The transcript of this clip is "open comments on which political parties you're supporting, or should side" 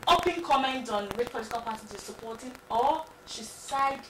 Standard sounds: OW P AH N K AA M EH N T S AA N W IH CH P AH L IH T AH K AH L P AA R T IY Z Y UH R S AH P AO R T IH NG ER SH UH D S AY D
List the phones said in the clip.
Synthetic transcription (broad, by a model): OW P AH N K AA M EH N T AA N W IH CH P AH L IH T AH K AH L P AA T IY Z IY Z S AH P AO T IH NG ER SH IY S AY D